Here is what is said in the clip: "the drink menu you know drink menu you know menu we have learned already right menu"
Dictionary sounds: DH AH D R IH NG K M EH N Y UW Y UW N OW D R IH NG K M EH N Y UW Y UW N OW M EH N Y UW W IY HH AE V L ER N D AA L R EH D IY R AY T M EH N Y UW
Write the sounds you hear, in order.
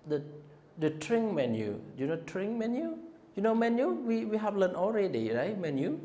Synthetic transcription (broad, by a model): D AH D R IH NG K M EH N Y UW Y UW N OW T R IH NG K M EH N Y UW Y UW N OW M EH N Y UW W IY HH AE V L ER N AA L R EH D IY R AY T M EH N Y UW